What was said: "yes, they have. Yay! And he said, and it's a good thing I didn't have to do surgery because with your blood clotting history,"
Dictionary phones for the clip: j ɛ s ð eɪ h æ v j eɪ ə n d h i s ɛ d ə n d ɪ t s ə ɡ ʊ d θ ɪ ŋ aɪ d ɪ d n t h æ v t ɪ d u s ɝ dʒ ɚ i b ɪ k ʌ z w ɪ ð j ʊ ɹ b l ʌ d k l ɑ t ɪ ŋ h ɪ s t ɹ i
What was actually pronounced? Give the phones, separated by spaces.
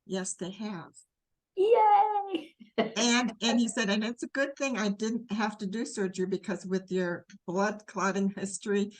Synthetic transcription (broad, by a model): j ɛ s ð eɪ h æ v j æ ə n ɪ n i s ɛ d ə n ɪ t s ə ɡ ʊ d θ ɪ ŋ aɪ d ɪ d n t h æ f t ɪ d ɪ s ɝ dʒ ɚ b ɪ k ʌ z w ɪ ð j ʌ ɹ b l ʌ d k l ɑ t ɪ ŋ h ɪ s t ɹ i